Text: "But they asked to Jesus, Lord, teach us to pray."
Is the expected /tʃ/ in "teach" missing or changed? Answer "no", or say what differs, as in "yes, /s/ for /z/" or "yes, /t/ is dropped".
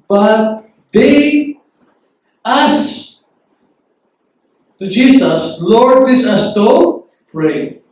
yes, /s/ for /tʃ/